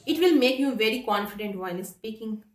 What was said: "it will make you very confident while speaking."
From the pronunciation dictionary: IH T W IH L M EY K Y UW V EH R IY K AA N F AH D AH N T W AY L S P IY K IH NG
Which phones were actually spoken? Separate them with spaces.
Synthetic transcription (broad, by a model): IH T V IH L M EY K Y UW V EH R IY K AA N F AH D AH N T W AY N S P IY K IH NG